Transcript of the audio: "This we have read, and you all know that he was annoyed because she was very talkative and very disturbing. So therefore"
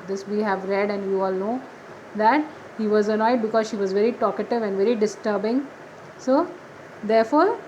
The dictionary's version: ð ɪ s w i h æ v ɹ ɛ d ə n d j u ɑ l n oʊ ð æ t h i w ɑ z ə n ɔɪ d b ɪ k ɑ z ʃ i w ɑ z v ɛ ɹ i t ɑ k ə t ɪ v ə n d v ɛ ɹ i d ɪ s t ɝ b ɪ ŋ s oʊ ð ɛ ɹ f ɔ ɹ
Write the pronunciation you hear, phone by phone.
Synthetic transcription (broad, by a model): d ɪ s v i h æ v ɹ ɛ d ə n d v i ɑ l n oʊ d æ t h i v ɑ z ə n ɔɪ d b ɪ k ɑ z ʃ i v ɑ z v ɛ ɹ i t ɑ k ə t ɪ v ə n d v ɛ ɹ i d ɪ s t ɝ b ɪ ŋ s oʊ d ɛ ɹ f ɔ ɹ